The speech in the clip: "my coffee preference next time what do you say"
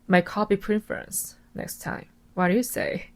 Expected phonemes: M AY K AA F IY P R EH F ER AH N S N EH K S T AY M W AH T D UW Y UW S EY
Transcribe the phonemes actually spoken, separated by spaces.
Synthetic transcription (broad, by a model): M AY K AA P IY P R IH F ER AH N S N EH K S T AY M W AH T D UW Y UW S EY